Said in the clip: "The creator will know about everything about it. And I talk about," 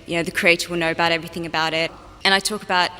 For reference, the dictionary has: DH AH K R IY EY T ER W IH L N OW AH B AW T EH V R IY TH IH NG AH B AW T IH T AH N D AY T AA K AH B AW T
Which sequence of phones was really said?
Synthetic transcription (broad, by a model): DH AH K R IY EY T ER W IH L N OW AH B AW T EH V R IY TH IH NG AH B AW T IH T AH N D AY T AA K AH B AW T